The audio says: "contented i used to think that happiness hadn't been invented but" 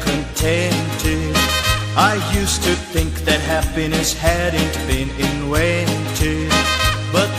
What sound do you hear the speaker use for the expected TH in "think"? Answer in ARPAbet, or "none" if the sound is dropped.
TH